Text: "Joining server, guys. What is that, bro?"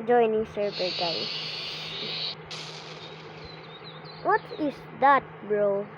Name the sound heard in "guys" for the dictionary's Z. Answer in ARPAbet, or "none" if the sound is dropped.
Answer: none